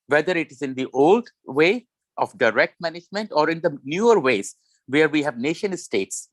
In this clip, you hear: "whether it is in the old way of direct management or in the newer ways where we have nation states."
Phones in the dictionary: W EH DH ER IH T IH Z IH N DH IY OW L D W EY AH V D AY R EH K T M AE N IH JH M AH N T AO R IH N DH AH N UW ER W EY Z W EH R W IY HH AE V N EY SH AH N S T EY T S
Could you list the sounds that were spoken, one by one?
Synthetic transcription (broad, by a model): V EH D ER IH T IH Z IH N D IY OW L D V EY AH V D AY R EH K T M AE N IH JH M AH N T AO R IH N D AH N UW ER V EY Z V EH R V IY HH AE V N EY SH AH N S T EY T S